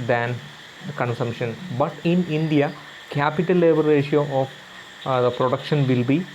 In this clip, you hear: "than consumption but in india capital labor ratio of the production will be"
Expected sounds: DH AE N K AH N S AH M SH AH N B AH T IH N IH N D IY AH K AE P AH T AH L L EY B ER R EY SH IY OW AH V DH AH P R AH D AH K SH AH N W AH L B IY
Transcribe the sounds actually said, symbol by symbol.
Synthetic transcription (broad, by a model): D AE N K AH N S AH M SH AH N B AH T IH N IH N D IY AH K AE P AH T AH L L EY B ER R EY SH IY OW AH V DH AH P R AH D AH K SH AH N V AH L B IY